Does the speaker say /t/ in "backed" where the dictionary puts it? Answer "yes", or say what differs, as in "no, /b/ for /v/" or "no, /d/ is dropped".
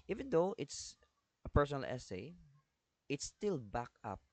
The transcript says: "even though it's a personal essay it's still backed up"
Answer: no, /t/ is dropped